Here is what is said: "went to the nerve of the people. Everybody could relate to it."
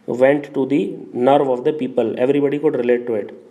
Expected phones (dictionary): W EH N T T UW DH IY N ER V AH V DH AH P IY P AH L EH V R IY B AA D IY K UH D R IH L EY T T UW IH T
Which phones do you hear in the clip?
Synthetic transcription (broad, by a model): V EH N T T UW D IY N ER V AH V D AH P IY P AH L EH V R IY B AA D IY K UH D R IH L EY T T UW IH T